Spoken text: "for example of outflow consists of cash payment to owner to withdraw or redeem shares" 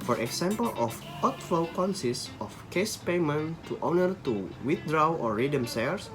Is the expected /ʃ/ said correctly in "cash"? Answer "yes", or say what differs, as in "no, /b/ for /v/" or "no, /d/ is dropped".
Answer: no, /s/ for /ʃ/